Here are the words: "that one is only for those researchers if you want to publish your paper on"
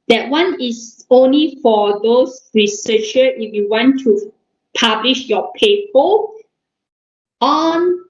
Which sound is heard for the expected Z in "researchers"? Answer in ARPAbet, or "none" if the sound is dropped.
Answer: none